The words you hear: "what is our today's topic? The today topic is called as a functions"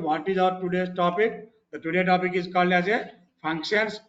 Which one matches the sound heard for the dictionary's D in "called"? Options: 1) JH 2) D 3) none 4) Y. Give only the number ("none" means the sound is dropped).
3